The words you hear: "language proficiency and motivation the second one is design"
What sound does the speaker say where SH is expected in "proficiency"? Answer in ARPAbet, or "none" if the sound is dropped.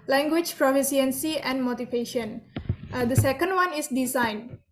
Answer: S